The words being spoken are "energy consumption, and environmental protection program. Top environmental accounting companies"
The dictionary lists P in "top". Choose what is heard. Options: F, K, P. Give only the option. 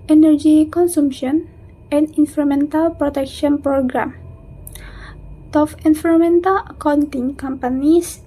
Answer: F